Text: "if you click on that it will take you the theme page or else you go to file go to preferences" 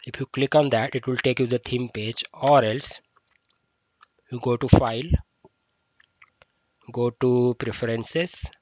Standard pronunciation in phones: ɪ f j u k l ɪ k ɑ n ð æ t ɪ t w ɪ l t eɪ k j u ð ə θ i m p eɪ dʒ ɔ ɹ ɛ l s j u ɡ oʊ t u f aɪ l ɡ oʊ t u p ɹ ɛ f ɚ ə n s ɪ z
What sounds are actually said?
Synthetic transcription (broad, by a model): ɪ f j u k l ɪ k ɑ n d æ t ɪ t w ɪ l t eɪ k j u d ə t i m p eɪ dʒ ɔ ɹ ɛ l s j u ɡ oʊ t u f aɪ l ɡ oʊ t u p ɹ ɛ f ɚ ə n s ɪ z